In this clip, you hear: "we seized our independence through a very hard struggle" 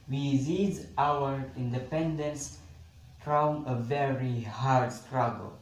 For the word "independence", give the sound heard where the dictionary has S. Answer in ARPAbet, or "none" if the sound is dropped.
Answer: S